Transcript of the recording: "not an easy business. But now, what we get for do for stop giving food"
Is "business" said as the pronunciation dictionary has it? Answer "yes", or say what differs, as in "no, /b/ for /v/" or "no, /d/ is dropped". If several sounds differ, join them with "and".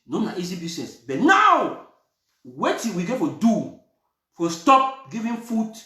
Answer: no, /s/ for /z/